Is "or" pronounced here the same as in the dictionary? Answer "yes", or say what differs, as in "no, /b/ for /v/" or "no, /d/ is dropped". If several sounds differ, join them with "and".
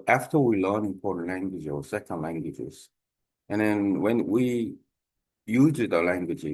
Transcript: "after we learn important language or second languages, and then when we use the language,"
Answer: no, /w/ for /ɹ/